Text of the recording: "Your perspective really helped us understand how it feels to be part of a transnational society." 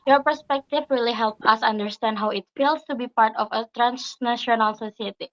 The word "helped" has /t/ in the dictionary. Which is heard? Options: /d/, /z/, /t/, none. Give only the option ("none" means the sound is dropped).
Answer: none